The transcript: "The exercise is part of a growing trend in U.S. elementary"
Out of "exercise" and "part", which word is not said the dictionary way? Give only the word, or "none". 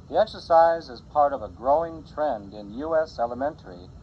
none